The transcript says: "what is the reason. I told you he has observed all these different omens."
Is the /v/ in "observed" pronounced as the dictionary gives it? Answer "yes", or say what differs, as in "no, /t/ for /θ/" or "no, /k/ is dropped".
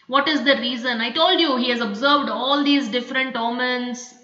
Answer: yes